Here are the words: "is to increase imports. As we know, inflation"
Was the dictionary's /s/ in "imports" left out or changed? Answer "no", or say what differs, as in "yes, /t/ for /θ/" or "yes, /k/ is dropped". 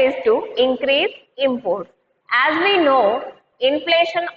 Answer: yes, /s/ is dropped